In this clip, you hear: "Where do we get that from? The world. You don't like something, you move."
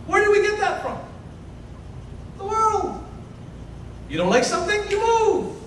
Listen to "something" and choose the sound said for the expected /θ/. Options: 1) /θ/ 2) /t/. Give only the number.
1